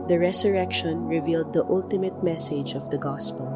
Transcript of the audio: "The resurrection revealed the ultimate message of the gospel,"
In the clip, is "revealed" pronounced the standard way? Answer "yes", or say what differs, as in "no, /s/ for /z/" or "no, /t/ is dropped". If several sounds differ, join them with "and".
yes